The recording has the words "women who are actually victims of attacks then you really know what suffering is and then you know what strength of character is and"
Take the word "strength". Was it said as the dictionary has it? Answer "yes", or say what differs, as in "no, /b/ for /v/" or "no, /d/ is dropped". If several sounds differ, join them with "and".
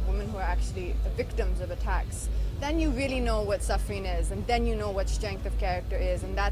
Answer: yes